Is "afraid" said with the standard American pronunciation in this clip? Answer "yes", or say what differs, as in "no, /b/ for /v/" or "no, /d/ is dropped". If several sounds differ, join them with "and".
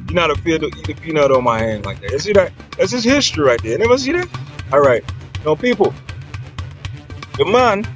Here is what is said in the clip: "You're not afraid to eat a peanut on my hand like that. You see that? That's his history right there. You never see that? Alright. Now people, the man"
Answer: no, /ɹ/ is dropped